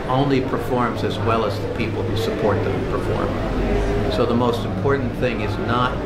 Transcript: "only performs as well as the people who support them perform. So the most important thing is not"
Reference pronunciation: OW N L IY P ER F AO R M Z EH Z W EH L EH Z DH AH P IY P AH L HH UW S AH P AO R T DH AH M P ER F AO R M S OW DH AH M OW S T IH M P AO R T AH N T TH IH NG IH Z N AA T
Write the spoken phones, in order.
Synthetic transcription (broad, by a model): OW N L IY P ER F AO R M Z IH Z W EH L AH Z DH AH P IY P L HH UW S AH P AO R T DH AH M P ER F AO R M S OW DH AH M OW S T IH M P AO R T N TH IH NG IH Z N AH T